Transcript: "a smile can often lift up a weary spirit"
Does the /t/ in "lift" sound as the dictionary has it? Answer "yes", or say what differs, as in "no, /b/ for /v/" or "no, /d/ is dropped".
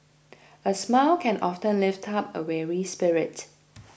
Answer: yes